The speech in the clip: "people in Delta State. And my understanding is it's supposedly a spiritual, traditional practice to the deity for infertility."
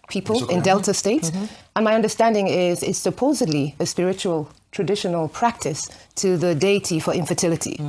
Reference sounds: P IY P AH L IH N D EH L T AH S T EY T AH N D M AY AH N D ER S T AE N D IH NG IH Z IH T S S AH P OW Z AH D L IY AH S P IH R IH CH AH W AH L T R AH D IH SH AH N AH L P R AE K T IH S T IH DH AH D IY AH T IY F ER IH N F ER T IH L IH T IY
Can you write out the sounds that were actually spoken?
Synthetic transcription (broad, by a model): P IY P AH L IH N D EH L T AH S T EY T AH N M AY AH N D ER S T AE N D IH NG IH Z IH T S S AH P OW Z AH D L IY AH S P IH R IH CH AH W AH L T R AH D IH SH AH N AH L P R AE K T IH S T IH DH AH D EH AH T IY F ER IH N F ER T IH L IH T IY